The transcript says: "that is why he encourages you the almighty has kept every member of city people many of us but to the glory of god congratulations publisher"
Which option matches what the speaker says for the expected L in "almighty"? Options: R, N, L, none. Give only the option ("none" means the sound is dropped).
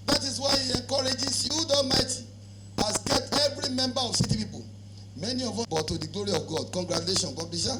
none